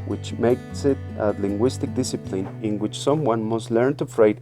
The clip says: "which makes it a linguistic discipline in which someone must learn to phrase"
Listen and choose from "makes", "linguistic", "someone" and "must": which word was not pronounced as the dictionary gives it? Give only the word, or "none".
none